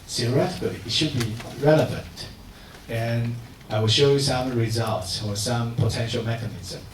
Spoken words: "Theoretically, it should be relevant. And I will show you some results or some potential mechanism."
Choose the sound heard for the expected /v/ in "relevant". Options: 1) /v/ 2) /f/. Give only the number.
1